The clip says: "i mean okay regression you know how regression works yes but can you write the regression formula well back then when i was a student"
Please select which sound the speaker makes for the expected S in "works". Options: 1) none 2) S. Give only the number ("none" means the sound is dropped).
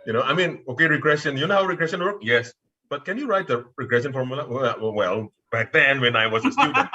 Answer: 1